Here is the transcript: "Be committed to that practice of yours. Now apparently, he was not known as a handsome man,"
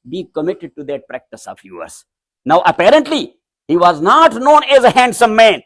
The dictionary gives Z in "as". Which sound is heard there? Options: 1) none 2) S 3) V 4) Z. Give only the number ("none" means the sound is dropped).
4